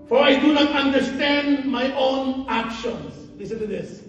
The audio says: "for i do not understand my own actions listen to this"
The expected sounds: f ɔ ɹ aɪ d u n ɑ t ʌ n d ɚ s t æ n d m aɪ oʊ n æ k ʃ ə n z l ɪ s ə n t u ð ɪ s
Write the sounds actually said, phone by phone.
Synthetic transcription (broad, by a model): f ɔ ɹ aɪ d u n ɑ t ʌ n d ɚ s t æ n d m aɪ oʊ n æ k ʃ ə n s l ɪ s ə n t u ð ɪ s